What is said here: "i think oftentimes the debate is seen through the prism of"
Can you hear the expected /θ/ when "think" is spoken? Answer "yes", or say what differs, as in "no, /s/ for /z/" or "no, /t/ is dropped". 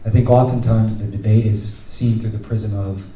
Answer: yes